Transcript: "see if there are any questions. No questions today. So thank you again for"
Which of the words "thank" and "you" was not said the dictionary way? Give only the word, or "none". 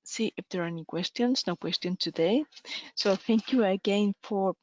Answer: none